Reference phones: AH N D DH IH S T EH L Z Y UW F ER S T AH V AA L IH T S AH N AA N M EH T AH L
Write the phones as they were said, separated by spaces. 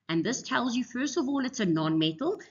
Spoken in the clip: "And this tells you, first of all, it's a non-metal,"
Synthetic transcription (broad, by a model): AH N DH IH S T EH L Z Y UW F ER S T AH V AA L IH T S AH N AA N M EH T L